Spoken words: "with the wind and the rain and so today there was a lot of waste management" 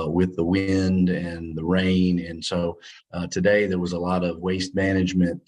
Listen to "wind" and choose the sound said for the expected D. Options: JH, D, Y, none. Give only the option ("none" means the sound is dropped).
D